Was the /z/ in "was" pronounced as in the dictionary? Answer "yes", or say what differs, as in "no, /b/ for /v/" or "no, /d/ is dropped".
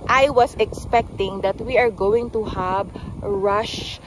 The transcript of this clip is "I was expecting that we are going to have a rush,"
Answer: no, /s/ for /z/